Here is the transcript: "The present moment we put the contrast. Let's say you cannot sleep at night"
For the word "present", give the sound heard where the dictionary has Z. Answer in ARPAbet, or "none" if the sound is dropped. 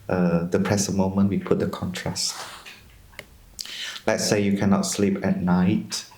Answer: S